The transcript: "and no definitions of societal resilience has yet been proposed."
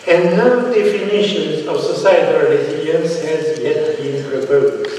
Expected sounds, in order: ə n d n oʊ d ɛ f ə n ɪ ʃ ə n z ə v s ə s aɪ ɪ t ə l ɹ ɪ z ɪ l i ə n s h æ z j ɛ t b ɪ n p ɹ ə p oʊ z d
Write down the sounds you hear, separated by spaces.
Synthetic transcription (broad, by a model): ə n n oʊ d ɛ f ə n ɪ ʃ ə n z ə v s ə s aɪ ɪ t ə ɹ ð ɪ i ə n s h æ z j ɛ t b ɪ n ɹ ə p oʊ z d